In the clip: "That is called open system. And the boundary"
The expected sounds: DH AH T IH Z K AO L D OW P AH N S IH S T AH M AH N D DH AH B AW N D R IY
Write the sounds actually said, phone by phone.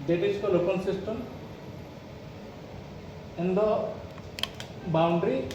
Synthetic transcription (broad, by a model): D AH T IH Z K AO L OW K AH L S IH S T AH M AH N D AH B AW N D R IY